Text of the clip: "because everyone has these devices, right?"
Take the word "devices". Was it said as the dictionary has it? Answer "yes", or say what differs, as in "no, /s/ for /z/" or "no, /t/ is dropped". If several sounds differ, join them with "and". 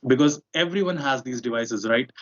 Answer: yes